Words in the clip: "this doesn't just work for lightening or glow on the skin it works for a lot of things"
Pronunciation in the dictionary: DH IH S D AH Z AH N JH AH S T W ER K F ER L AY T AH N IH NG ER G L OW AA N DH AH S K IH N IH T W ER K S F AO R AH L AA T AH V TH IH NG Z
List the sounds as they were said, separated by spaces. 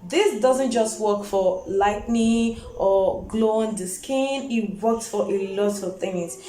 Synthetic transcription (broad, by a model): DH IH S D AH Z AH N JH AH S T W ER K F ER L AY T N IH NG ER G L OW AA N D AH S K IH N IH T W ER K S F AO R AH L AA T AH V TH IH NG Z